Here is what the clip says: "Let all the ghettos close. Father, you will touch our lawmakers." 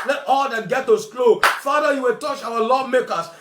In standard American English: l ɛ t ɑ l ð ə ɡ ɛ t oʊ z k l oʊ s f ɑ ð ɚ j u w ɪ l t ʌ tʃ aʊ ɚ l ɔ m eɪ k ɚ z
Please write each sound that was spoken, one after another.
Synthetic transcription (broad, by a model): l ɛ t ɑ l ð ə ɡ ɛ t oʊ s k l oʊ f ɑ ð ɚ j u w ɪ l t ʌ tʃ aʊ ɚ l ɔ m eɪ k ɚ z